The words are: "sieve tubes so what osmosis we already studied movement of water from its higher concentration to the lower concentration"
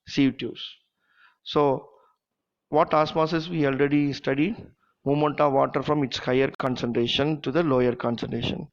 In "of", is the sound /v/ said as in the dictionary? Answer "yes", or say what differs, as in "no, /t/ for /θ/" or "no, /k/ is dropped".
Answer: yes